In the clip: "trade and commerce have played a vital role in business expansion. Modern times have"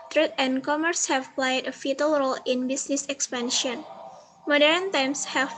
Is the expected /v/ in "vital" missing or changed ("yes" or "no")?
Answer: yes